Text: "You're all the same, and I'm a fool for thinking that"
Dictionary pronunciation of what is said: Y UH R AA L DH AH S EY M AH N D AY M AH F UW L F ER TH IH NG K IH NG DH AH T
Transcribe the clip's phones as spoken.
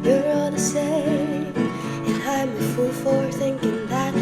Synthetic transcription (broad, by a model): Y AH R AA L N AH S EY AH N AY M AH F UW L F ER TH IH NG K IH NG DH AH T